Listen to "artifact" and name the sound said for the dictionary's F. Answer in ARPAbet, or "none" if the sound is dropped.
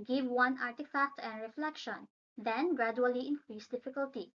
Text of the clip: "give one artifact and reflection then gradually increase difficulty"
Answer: F